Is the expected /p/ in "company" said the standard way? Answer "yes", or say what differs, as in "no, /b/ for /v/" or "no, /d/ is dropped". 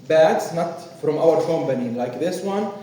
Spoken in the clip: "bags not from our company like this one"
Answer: no, /b/ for /p/